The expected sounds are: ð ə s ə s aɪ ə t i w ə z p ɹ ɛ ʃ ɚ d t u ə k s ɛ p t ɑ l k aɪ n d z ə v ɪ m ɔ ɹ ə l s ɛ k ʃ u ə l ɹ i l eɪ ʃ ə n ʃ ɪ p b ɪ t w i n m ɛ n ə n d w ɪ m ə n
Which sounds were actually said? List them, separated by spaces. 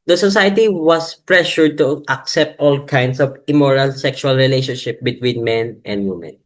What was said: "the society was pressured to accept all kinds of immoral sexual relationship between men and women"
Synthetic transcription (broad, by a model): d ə s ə s aɪ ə t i w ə s p ɹ ɛ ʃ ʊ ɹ t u ə k s ɛ p t ɑ l k aɪ n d s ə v ɪ m ɔ ɹ ə l s ɛ k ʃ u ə l ɹ i l eɪ ʃ ə n ʃ ɪ p b ɪ t w i n m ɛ n ə n d w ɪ m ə n